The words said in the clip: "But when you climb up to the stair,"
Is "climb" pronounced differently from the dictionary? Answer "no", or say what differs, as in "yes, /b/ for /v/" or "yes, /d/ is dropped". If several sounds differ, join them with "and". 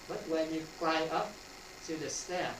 yes, /m/ is dropped